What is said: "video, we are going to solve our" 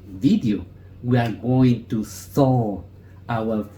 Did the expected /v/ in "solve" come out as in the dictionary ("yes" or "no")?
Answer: no